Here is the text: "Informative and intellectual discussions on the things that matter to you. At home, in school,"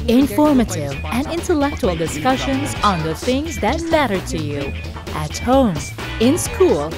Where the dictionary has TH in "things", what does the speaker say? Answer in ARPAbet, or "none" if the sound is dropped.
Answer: TH